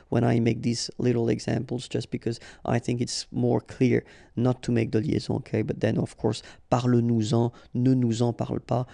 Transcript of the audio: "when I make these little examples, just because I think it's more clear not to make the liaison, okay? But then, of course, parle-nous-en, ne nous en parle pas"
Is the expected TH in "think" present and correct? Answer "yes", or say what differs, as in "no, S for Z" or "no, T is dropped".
yes